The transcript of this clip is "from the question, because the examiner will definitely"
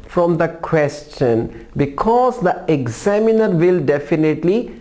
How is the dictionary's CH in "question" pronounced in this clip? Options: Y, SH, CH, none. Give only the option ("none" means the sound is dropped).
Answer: CH